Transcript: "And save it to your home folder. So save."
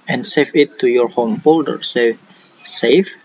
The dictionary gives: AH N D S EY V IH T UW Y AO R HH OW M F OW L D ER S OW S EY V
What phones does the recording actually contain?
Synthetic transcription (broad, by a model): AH N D S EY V IH T UW Y AO R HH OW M F OW L D ER S OW S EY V